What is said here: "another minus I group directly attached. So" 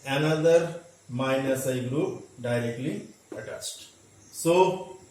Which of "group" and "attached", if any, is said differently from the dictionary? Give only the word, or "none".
attached